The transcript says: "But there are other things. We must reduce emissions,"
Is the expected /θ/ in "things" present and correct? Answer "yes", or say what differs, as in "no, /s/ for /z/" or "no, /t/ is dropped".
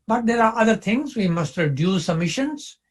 no, /t/ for /θ/